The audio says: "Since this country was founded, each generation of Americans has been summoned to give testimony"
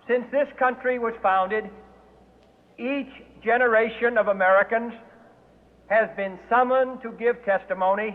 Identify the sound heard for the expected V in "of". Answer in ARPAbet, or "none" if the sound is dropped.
V